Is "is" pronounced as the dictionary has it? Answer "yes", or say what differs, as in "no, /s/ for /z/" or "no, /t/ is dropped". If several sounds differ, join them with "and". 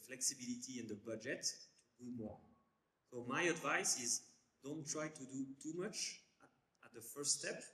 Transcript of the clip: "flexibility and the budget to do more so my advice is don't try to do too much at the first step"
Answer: yes